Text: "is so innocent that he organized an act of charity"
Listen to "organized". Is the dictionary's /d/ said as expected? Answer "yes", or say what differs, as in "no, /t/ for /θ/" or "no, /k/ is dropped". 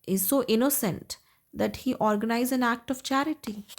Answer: no, /d/ is dropped